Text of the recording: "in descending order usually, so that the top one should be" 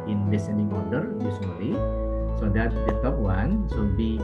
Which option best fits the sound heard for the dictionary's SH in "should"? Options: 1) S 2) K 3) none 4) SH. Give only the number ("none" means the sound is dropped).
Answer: 1